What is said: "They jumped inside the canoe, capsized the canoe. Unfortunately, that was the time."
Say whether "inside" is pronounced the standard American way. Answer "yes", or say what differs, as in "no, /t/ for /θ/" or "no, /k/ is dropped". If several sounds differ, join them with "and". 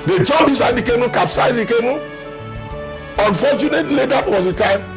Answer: no, /n/ is dropped